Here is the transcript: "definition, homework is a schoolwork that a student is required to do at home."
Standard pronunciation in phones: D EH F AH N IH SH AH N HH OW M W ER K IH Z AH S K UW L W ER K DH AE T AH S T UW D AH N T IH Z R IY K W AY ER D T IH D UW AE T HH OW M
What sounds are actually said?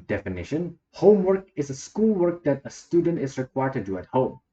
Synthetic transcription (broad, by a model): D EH F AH N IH SH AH N HH OW M W ER K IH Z AH S K UW L W ER K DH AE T AH S T UW D AH N T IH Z R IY K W AY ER T IH D UW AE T HH OW M